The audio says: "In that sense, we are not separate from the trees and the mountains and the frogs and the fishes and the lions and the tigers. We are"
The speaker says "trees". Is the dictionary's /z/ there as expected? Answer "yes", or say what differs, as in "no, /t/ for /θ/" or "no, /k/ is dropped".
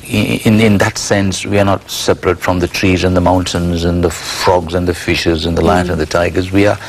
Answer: yes